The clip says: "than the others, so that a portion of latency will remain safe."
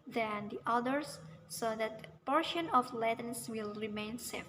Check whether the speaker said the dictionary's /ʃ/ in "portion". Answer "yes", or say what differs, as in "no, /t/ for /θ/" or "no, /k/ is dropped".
yes